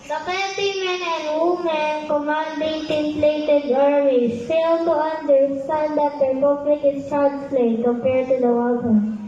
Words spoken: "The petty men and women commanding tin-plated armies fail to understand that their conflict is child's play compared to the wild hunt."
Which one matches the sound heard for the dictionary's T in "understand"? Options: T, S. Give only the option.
S